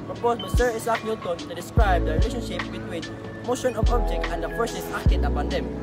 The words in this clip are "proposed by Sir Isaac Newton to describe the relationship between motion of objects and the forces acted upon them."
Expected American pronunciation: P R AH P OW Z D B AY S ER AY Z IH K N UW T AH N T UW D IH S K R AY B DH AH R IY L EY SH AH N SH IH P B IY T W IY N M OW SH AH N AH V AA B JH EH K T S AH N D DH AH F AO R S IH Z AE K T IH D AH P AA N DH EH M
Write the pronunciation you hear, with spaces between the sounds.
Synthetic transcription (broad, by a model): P R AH P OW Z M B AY S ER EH S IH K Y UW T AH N T UW D IH S K R AY B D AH R IY L EY SH AH N SH IH P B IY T W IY N M OW SH AH N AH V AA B JH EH K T AH N D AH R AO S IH S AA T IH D AH P AA N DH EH M